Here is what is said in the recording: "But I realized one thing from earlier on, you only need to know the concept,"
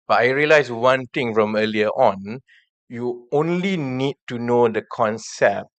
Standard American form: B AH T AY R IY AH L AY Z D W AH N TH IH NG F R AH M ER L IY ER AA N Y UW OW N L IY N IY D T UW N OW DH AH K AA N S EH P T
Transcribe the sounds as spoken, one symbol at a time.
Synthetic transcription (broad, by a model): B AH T AY R IY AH L AY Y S W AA N T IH NG F R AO M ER L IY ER AA N Y UW OW N L IY N IY D T UW N OW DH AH K AA N S EH P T